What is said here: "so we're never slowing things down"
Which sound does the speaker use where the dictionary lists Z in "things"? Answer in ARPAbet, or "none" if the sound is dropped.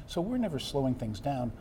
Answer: Z